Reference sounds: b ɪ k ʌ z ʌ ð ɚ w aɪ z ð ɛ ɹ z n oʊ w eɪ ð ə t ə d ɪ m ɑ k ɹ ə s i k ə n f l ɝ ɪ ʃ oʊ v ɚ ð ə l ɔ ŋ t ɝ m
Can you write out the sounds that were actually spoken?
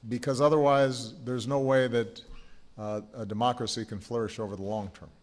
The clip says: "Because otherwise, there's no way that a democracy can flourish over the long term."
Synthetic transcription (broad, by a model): b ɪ k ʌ z ʌ ð ɚ w aɪ z ð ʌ ɹ z n oʊ w eɪ ð ə t ə d ɪ m ɑ k ɹ ə s i k ə n f l ɝ ɪ ʃ oʊ v ɚ ð ə l ɔ ŋ t ɝ m